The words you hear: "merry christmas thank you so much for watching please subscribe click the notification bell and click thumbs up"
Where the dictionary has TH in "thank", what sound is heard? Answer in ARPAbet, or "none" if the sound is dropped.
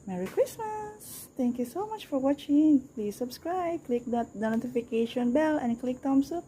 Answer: T